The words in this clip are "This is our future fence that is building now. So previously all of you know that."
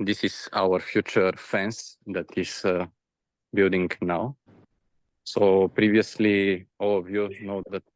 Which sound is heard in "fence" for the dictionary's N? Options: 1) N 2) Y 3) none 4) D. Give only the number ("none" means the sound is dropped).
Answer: 1